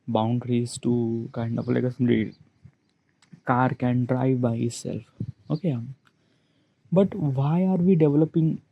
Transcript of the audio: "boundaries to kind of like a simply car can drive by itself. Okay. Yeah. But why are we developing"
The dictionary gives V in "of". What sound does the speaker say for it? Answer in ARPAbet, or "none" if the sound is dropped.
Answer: P